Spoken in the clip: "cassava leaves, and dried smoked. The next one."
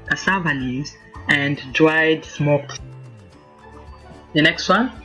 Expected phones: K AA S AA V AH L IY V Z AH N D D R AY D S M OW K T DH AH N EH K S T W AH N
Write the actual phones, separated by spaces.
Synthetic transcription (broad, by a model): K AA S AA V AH N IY Z AH N D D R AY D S M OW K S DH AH N EH K S T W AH N